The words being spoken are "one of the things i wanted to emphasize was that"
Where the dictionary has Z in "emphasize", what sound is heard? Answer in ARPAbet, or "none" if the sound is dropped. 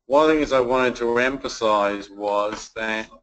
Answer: Z